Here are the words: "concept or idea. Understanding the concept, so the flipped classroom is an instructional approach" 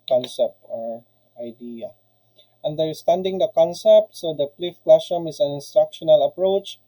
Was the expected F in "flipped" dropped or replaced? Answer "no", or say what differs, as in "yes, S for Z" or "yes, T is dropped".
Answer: yes, P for F